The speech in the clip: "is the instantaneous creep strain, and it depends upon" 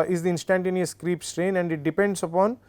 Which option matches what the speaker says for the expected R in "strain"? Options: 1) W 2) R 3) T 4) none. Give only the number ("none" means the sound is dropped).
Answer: 2